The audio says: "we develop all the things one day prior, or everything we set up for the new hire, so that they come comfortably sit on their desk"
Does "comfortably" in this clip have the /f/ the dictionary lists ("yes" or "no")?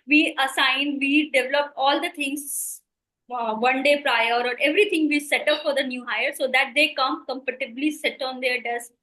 no